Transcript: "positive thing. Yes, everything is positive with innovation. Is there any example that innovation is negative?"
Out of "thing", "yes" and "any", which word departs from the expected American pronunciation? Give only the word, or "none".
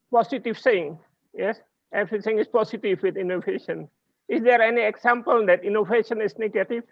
thing